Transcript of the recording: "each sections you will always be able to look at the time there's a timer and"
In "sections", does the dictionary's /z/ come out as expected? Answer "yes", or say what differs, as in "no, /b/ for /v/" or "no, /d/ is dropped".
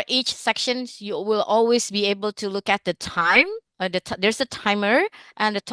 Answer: no, /z/ is dropped